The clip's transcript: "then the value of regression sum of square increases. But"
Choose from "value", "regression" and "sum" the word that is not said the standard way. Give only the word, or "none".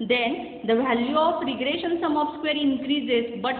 none